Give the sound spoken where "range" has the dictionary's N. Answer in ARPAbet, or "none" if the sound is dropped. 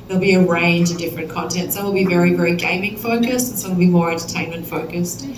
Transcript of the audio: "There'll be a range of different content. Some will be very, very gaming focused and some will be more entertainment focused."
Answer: N